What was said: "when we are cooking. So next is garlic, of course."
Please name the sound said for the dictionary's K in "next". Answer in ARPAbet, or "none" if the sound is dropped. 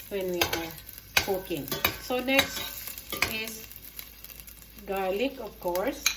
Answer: K